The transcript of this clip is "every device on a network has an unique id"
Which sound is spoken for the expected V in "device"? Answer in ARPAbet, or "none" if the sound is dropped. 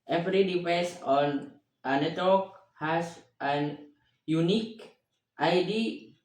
P